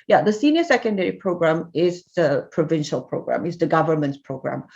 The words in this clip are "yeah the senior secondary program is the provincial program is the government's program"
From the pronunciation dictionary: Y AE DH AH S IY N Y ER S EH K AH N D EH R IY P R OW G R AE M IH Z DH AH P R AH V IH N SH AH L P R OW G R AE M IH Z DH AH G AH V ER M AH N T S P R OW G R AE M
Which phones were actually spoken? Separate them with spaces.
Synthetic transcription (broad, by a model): Y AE DH AH S IY N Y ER S EH K AH N D EH R IY P R OW G R AE M IH Z DH AH P R AH V IH N SH AH L P R OW G R AE M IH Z DH AH G AH V ER M AH N T S P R OW G R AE M